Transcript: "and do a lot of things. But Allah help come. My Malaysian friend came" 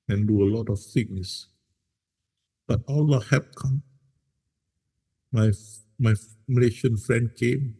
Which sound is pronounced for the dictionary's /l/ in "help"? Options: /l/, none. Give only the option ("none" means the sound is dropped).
none